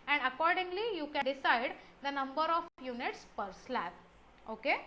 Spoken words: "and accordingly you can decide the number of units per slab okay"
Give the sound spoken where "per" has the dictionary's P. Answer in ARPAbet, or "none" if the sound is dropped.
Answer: P